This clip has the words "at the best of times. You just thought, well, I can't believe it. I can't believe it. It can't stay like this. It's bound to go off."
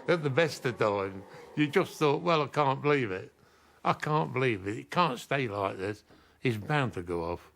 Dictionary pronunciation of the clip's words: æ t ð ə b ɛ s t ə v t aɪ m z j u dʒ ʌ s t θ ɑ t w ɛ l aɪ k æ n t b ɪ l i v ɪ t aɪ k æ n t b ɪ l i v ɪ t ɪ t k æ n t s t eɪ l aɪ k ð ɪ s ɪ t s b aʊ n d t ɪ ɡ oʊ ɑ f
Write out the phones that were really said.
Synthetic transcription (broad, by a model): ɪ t ð ə b ɛ s t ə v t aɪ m j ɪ dʒ ʌ s θ ɑ t w ɛ l aɪ k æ n b ɪ l i v ɪ t aɪ k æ n b ɪ l i v ɪ t ɪ t k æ n t s t eɪ l aɪ k ð ɪ s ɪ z b aʊ n t ɪ ɡ oʊ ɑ f